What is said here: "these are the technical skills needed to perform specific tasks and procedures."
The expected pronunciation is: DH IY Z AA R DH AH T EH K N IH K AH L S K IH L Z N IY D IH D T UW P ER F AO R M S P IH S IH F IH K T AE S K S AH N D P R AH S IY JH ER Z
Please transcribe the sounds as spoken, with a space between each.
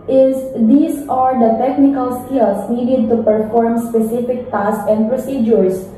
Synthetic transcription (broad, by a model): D IY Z AA R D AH T EH K N IH K AH L S K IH L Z N IY D IH D T UW P ER F AO R M S P IH S IH F IH K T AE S S AH N D P R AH S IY JH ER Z